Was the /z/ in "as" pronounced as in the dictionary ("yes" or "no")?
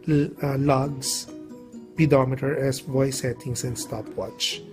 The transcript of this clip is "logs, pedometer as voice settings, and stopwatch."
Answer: no